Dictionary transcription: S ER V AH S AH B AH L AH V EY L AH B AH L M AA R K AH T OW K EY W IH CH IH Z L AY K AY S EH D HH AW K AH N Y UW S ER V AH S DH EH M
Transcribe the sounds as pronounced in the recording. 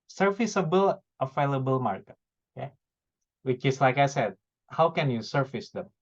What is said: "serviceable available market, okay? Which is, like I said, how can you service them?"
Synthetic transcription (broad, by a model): S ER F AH S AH B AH L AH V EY L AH B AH L M AA R K AH T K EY W IH CH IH S L AY K AY S EH D HH AW K AH N Y UW S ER F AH S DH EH M